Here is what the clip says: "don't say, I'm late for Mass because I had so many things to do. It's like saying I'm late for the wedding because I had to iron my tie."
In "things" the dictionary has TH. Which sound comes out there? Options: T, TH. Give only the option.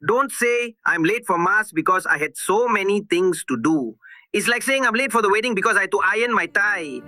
T